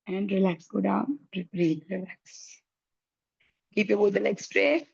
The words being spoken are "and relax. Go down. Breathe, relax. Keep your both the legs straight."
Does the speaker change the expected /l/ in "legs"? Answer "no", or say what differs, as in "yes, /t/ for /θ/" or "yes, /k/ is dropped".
yes, /n/ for /l/